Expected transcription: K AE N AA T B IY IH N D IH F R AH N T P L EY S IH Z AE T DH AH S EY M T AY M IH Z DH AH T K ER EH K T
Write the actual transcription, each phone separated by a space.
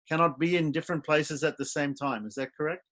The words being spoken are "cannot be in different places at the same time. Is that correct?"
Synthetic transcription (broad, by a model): K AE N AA T B IY IH N D IH F R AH N P L EY S IH Z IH T DH AH S EY M T AY M IH Z DH AH T K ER EH K T